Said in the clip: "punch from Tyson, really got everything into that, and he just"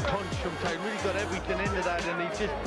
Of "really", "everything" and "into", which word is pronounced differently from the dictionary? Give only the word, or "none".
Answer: none